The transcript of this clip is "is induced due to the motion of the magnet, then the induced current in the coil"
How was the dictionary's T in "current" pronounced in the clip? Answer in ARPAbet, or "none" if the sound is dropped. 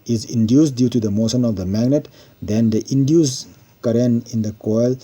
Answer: none